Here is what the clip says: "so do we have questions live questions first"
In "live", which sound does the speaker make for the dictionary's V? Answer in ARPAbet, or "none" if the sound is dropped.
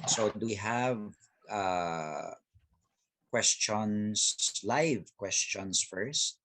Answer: V